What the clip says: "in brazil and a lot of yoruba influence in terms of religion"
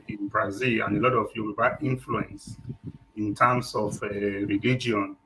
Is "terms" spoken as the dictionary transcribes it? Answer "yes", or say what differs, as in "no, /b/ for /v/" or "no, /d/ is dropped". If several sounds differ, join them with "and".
no, /s/ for /z/